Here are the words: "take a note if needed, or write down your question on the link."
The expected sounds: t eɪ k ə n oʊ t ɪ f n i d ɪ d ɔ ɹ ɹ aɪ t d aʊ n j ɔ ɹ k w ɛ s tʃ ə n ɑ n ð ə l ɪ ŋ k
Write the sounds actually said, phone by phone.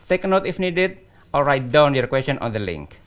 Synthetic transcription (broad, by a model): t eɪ k ə n oʊ t ɪ f n i d ɪ d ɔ l ɹ aɪ t d aʊ n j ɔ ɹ k w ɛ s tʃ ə n ɑ n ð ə l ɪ ŋ k